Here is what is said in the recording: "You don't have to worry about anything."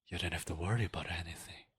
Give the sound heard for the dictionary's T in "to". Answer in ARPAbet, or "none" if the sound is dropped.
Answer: T